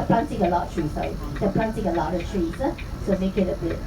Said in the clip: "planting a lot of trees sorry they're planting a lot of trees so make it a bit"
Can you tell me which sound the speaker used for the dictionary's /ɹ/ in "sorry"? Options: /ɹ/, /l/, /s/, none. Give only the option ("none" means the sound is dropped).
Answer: none